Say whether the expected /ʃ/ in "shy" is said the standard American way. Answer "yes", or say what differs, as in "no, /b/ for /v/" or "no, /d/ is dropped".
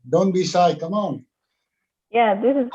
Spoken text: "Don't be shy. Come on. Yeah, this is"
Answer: no, /s/ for /ʃ/